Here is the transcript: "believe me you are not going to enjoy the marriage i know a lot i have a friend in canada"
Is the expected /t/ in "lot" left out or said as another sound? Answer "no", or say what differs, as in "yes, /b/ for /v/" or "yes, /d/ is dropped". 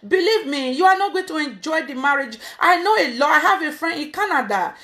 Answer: yes, /t/ is dropped